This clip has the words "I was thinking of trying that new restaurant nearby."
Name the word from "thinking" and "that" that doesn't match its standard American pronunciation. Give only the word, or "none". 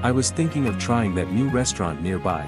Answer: none